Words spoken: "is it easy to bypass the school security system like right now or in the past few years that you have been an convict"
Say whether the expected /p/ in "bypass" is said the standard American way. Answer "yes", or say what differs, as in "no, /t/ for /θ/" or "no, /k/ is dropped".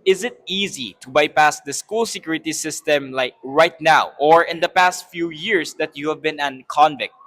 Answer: yes